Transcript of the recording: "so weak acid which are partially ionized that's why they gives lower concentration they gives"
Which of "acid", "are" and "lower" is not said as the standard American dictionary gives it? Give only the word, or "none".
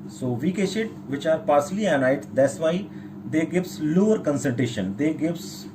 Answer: acid